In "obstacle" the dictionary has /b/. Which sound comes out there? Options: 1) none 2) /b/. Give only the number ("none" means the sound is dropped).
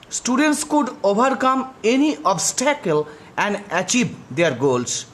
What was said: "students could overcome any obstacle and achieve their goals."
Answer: 2